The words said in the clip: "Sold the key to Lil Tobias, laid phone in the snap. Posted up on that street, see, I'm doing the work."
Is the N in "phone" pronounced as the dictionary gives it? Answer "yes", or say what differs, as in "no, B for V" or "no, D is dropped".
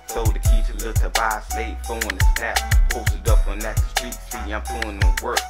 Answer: no, N is dropped